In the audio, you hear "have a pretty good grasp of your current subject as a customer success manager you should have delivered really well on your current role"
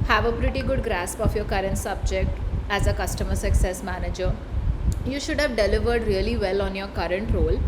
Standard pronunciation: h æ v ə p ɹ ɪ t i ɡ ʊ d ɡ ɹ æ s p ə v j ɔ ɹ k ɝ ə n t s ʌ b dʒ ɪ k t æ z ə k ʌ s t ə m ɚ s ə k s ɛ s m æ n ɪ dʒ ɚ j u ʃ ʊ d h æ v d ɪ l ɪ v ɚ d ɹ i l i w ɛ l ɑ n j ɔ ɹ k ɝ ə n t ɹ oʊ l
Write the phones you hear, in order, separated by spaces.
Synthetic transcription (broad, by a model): h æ v ə p ɹ ɪ t i ɡ ʊ d ɡ ɹ æ s p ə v j ɔ ɹ k ɝ ə n t s ʌ b dʒ ɪ k t æ z ə k ʌ s t ə m ɚ s ə k s ɛ s m æ n ɪ dʒ ɚ j u ʃ ʊ d h æ v d ɪ l ɪ v ɚ d ɹ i l i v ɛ l ɑ n j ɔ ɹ k ɝ ə n t ɹ oʊ l